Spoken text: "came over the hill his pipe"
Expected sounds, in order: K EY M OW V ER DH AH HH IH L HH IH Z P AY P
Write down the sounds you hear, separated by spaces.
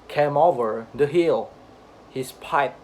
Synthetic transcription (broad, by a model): K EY M OW V ER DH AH HH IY L HH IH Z P AY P